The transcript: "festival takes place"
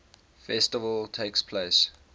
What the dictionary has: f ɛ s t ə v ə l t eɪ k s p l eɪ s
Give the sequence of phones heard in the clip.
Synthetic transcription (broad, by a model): f ɛ s t ə v ə l t eɪ k s p l eɪ s